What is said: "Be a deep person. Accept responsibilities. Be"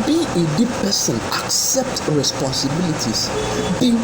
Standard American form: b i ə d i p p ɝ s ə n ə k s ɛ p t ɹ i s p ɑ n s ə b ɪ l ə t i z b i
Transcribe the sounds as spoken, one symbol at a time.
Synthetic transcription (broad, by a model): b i ə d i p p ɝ s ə n ə k s ɛ p t ɹ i s p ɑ n s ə b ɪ l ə t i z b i